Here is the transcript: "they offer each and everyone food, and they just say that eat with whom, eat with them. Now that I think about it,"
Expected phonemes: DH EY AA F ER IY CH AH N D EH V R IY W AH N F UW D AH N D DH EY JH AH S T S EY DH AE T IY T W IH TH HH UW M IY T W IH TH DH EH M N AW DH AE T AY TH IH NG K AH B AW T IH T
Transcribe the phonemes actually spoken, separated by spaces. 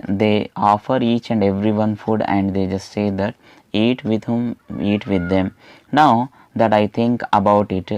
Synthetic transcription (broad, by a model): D EY AA F ER IY CH AH N D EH V R IY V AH N F UW D AH N D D EY JH AH S T S EY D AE T IY T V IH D HH UW M IY T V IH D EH M N AW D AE T AY T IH NG K AH B AW T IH T